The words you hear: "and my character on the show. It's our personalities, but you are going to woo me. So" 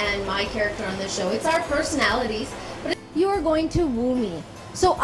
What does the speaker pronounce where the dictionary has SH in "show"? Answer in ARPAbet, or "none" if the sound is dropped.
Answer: SH